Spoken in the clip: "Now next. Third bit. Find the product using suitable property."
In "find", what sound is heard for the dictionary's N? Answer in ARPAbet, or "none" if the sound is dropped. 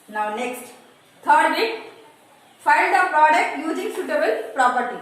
L